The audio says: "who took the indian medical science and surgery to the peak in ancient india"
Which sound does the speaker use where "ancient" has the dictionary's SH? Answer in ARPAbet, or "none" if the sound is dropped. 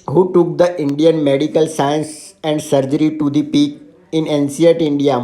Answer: S